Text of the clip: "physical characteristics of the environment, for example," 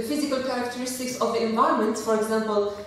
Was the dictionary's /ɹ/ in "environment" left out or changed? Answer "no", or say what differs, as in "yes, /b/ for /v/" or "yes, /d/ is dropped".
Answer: yes, /ɹ/ is dropped